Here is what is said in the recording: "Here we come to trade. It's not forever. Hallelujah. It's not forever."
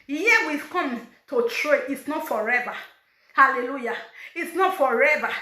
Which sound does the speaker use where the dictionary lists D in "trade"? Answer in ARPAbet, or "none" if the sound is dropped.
none